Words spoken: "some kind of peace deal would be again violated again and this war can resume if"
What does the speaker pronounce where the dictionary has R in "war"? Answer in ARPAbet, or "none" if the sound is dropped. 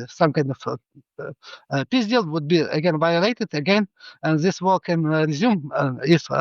L